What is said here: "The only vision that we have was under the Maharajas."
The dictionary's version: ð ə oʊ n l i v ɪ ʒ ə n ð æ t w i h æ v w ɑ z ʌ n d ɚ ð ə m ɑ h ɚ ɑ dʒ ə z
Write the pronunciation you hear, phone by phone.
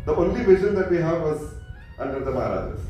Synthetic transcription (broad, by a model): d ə oʊ n l i v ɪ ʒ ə n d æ t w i h æ v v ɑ z ʌ n d ɚ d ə m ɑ h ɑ ɑ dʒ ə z